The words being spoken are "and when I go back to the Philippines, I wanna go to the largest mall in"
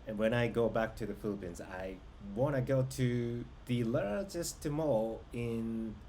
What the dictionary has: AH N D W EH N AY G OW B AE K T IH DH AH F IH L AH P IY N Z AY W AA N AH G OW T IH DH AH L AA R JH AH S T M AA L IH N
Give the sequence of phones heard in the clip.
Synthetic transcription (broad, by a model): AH N W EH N AY G OW B AE K T IH DH AH F IH L AH P IY N Z AY W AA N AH G OW T IH DH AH L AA R JH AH S T M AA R IH N